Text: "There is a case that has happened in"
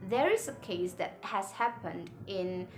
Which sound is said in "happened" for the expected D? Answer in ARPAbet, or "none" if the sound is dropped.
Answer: D